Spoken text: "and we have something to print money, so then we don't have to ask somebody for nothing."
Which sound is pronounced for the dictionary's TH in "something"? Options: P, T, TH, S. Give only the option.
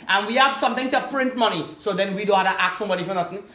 T